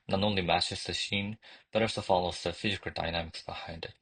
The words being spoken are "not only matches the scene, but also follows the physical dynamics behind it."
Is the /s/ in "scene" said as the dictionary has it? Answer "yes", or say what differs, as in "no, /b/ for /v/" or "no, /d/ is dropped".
no, /ʃ/ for /s/